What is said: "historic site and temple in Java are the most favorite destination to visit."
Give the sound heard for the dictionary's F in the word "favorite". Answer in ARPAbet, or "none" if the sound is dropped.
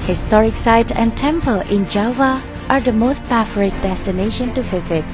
P